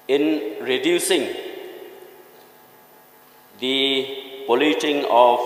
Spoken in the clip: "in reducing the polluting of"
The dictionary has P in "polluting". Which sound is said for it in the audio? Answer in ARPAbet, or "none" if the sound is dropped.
B